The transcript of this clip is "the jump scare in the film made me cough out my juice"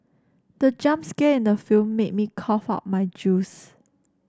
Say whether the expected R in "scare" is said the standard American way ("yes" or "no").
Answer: no